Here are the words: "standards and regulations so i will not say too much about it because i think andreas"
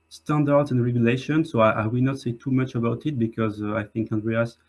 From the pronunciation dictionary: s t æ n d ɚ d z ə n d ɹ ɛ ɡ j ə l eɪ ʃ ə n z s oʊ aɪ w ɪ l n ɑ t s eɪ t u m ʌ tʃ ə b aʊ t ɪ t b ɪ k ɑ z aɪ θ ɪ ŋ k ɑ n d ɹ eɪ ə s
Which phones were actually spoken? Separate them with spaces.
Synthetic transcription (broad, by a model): s t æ n d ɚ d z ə n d ɹ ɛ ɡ j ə l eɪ ʃ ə n s oʊ aɪ w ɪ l n ɑ t s eɪ t u m ʌ tʃ ə b aʊ t ɪ t b ɪ k ɑ z aɪ θ ɪ ŋ k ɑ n d ɹ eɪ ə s